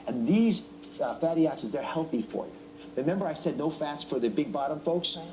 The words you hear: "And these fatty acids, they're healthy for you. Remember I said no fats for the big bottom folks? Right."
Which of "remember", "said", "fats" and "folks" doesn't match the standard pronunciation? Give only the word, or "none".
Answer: none